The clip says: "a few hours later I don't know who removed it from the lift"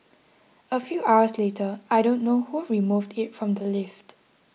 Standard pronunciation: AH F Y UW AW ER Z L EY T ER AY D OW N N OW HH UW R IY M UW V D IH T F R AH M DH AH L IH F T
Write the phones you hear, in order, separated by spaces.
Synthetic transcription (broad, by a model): AH F Y UW AW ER S L EY T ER AY D OW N N OW HH UW R IY M UW V D IH T F R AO M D AH L IH F T